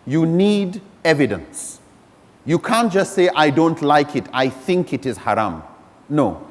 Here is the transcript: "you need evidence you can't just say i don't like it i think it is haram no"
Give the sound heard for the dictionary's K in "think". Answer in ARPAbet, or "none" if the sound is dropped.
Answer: K